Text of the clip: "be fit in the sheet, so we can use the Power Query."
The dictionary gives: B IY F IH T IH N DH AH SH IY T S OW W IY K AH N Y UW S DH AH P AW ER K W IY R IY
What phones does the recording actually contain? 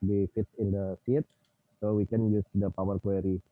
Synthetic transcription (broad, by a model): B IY F IH T IH N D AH S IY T S OW W IY K AH N Y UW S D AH P AW ER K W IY R IY